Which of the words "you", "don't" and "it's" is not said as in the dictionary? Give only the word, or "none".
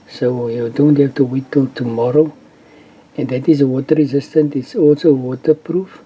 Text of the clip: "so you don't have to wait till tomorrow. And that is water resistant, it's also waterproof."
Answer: none